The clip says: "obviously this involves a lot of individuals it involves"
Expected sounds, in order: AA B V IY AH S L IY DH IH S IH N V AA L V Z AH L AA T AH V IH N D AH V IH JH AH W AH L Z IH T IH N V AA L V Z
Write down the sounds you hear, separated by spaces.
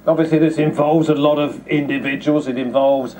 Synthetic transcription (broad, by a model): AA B V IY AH S L IY DH IH S IH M V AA L V Z AH L AA T AH V IH N D AH V IH JH AH W AH L Z IH T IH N V AA L V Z